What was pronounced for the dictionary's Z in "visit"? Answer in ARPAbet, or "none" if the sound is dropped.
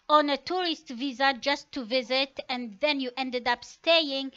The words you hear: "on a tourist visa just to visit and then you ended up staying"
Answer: Z